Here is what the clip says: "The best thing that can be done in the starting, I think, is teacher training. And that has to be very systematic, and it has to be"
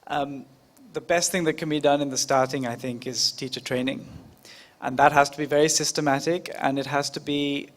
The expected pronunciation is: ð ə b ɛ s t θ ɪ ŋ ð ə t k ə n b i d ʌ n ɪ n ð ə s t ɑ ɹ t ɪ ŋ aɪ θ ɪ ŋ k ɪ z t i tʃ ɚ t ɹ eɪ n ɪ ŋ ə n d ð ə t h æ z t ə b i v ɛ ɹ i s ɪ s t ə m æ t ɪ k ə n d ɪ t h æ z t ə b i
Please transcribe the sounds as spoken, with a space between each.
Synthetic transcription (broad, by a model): ð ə b ɛ s t θ ɪ ŋ ð ə t k ə n b i d ʌ n ɪ n ð ə s t ɑ ɹ t ɪ ŋ aɪ θ ɪ ŋ k ɪ z t i tʃ ɚ t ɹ eɪ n ɪ ŋ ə n ð ə t h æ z t ə b i v ɛ ɹ i s ɪ s t ə m æ t ɪ k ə n ɪ t h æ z t ə b i